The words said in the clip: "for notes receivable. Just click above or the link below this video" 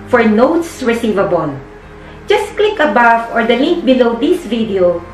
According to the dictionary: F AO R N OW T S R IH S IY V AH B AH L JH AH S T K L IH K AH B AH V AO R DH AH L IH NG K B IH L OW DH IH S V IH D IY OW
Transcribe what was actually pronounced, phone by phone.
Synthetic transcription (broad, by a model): F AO R N OW T S R IH S IY V AH B AH L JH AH S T K L IH K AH B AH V AO R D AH L IH NG K B IH L OW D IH S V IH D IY OW